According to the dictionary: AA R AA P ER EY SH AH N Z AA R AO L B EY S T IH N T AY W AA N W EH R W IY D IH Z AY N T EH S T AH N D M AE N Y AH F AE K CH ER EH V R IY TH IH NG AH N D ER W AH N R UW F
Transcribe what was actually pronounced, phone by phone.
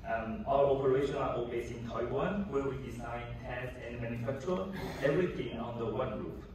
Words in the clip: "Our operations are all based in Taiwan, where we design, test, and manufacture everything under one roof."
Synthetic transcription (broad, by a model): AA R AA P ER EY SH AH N AA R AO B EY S IH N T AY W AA N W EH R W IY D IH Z AY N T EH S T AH N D M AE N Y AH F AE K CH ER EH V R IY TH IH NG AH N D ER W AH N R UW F